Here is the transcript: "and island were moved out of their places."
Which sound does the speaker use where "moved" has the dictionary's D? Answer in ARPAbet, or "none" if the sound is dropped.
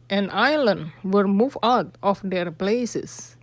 none